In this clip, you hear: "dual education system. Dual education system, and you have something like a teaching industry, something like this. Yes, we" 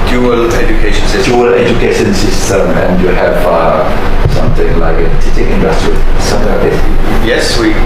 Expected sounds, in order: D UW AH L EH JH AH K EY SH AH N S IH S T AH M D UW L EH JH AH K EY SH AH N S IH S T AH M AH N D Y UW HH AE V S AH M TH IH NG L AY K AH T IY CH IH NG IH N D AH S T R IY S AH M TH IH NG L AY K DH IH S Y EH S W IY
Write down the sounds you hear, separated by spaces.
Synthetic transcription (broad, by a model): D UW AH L EH JH AH K EY SH AH N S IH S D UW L EH JH AH K EY SH AH N S IH S T AH M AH N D Y UW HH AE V S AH M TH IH NG L AY K AH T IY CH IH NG IH N D AH S T R IY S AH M T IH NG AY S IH Y EH S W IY